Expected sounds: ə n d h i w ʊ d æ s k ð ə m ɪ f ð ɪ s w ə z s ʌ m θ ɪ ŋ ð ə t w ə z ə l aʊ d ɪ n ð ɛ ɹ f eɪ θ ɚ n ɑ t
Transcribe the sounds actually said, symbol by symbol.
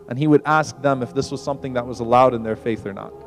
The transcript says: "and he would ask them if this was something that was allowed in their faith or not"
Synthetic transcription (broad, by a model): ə n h i w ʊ d æ s k ð ə m ɪ f ð ɪ s w ə z s ʌ m θ ɪ ŋ ð ə t w ə z ə l aʊ d ɪ n ð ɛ ɹ f eɪ θ ɚ n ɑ t